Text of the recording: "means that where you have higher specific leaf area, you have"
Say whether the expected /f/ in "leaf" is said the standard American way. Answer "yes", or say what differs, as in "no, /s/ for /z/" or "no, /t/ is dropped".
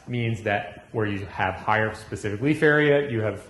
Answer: yes